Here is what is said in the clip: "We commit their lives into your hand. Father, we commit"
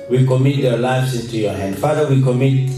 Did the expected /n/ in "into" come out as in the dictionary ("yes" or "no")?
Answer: yes